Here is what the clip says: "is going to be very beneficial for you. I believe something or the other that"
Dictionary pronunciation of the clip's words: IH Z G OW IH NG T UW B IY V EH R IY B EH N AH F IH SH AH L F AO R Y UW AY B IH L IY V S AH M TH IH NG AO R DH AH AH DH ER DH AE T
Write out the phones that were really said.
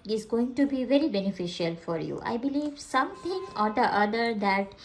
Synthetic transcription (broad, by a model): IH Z G OW IH NG T UW B IY V EH R IY B EH N AH F IH SH AH L F AO R Y UW AY B IH L IY V S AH M T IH NG AO R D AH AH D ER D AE T